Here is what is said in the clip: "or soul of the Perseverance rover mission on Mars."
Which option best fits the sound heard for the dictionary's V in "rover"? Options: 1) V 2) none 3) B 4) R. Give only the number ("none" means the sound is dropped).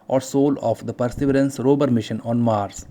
3